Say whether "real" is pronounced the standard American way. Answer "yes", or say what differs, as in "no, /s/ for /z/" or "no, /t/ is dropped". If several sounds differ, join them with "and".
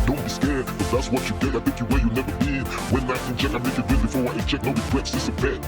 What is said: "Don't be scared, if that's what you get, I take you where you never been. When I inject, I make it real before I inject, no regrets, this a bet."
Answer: no, /n/ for /l/